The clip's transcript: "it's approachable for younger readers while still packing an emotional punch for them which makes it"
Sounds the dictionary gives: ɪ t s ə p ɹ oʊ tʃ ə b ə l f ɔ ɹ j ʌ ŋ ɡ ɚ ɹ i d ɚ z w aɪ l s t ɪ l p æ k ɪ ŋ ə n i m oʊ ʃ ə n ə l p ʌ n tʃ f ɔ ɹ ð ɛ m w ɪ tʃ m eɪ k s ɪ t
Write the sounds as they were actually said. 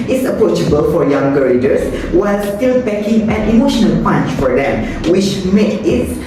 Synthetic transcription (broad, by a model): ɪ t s ə p ɹ oʊ tʃ ə b ə l f ɔ ɹ j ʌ ŋ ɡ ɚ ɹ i d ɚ s w aɪ l s t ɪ l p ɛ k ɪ ŋ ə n i m oʊ ʃ ə n ə l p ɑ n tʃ f ɔ ɹ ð ɛ m w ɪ tʃ m eɪ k ɪ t